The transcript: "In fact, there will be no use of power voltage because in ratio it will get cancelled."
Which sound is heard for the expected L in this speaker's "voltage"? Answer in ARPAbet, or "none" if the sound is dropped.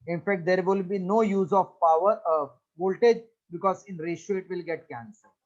L